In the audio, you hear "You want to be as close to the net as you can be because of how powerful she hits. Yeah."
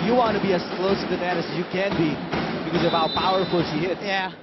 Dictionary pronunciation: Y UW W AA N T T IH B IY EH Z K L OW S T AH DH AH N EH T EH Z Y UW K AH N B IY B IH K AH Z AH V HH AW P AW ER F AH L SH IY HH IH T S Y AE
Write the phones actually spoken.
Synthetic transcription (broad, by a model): Y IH W AA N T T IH B IY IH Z K L OW S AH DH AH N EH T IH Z Y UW K AH N B IY B IH K AH Z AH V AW P AW ER F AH L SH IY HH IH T Y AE